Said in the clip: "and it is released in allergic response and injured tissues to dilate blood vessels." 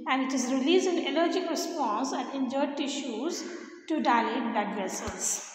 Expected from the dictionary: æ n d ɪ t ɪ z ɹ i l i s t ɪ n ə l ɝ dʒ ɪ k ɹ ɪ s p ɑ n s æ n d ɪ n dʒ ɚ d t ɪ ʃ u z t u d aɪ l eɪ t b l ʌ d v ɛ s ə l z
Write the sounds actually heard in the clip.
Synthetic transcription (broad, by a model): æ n d ɪ t ɪ z ɹ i l i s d ɪ n ə l ɝ dʒ ɪ k ɹ ɪ s p ɑ n s æ n d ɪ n dʒ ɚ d t ɪ ʃ u z t u d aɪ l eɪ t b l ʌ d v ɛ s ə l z